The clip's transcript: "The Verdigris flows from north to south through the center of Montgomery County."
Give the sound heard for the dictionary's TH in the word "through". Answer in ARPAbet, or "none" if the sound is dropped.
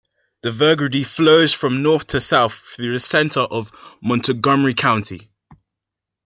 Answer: TH